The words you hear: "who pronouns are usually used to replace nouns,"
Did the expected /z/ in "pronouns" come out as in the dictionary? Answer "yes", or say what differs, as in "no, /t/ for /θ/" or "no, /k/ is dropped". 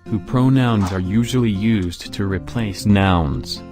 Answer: yes